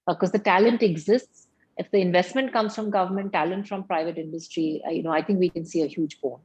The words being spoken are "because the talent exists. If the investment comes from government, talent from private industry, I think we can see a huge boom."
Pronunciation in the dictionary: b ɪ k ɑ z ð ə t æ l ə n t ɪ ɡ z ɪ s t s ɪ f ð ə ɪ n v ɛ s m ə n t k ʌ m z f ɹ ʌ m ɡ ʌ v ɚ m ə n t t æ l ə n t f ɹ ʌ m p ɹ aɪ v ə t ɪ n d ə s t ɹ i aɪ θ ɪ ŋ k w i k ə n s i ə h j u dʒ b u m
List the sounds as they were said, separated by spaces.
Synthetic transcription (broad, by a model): k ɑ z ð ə t æ l ə n t ɪ ɡ z ɪ s t s ɪ f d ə ɪ n v ɛ s m ə n t k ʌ m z f ɹ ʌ m ɡ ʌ v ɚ m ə n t t æ l ə n t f ɹ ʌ m p ɹ aɪ v ə t ɪ n d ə s t ɹ i aɪ t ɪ ŋ k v i k ə n s i ə h j u dʒ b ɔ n